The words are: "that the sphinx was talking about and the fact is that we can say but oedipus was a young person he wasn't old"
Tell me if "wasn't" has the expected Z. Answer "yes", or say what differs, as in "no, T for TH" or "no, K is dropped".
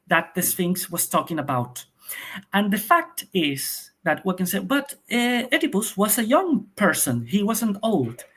yes